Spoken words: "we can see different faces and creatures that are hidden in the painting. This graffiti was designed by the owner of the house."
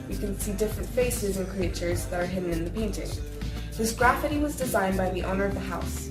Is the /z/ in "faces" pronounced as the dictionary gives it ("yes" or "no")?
yes